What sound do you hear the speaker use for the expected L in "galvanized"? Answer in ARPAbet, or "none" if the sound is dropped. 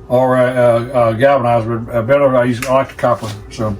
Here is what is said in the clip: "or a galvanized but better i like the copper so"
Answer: none